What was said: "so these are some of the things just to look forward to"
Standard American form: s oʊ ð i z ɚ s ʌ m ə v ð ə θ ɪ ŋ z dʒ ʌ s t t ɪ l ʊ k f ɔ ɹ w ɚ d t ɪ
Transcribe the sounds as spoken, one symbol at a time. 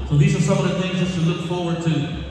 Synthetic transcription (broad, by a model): s oʊ ð i z ɚ s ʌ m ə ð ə θ ɪ ŋ z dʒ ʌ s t t ɪ l ʊ k f ɔ ɹ w ɚ d t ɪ